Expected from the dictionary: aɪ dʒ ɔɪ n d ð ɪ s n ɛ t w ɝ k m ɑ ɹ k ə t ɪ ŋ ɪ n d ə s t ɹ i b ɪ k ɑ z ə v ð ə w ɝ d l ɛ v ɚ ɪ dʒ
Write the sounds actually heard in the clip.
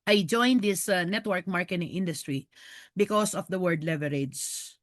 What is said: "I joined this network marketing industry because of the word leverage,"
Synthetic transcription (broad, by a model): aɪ dʒ ɔɪ n d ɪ s n ɛ t w ɝ k m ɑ ɹ k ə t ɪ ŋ ɪ n d ə s t ɹ i b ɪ k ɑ s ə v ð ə w ɝ d l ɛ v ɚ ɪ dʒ